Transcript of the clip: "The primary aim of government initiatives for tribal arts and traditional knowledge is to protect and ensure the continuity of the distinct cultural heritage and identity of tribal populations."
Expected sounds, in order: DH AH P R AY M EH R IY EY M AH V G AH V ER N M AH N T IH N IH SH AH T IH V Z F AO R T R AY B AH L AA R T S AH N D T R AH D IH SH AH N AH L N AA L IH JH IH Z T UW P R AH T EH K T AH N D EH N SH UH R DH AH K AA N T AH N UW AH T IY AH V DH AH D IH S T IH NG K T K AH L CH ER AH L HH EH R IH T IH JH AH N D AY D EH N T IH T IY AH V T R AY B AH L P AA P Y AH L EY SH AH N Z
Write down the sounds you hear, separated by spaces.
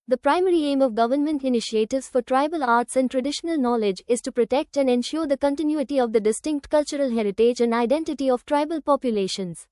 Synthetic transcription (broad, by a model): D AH P R AY M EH R IY EY M AH V G AH V ER N M AH N T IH N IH SH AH T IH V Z F AO R T R AY B AH L AA R T S AH N D T R AH D IH SH AH N AH L N AA L IH JH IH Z T UW P R AH T EH K T AH N D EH N SH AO R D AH K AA N T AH N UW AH T IY AH V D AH D IH S T IH NG K T K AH L CH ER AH L HH EH R IH T IH JH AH N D AY D EH N T IH T IY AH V T R AY B AH L P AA P Y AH L EY SH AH N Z